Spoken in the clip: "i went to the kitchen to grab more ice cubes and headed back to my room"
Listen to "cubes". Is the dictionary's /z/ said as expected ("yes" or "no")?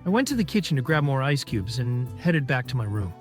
yes